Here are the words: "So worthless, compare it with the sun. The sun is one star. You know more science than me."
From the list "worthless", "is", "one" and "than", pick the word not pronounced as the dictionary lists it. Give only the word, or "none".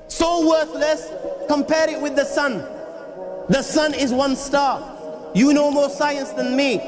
none